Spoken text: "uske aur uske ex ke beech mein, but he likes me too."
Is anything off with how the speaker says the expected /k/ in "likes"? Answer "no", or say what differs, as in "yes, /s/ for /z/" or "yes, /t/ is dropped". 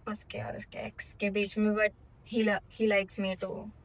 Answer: no